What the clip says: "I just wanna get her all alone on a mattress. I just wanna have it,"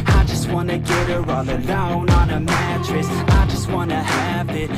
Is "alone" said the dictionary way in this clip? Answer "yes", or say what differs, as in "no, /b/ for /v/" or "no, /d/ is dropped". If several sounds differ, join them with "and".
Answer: no, /l/ is dropped